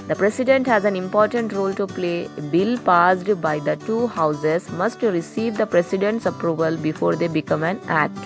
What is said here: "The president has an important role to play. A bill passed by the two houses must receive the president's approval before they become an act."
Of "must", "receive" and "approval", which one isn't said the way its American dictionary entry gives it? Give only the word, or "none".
none